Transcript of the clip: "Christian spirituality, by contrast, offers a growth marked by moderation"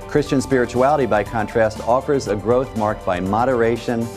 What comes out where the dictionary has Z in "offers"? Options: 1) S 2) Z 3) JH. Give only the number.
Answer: 2